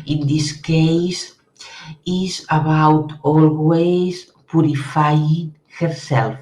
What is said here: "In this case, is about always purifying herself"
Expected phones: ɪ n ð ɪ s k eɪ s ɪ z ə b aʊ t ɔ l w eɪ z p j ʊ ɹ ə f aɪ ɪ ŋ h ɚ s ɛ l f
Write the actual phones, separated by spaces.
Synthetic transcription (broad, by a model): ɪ n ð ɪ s k eɪ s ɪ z ə b aʊ t ɔ l w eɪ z p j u ɹ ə f aɪ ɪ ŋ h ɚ s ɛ l f